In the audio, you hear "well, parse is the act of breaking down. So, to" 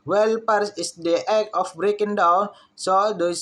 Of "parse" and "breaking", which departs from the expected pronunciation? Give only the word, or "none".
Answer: none